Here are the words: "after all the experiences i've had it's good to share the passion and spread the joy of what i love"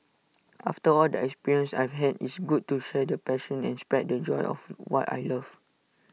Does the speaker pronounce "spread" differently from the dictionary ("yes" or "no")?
yes